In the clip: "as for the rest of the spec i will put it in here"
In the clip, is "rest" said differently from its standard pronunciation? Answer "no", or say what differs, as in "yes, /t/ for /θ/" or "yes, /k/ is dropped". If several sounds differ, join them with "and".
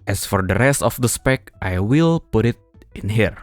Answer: no